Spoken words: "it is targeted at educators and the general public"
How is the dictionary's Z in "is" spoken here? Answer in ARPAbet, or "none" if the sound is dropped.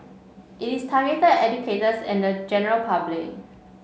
S